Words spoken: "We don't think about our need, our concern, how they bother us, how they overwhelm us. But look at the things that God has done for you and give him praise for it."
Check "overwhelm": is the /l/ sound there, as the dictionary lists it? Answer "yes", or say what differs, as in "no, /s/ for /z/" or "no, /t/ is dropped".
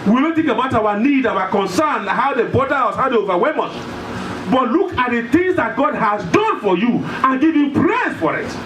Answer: no, /l/ is dropped